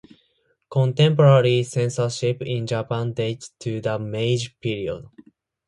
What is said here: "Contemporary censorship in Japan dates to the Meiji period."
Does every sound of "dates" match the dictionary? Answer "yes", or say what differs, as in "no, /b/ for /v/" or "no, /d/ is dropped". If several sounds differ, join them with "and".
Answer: no, /s/ is dropped